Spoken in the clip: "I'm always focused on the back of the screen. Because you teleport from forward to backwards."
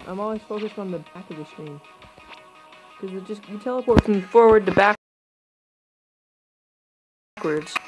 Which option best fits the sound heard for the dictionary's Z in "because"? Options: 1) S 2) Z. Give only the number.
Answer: 1